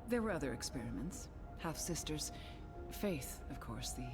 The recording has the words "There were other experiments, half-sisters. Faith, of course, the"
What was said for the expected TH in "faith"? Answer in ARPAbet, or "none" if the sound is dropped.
TH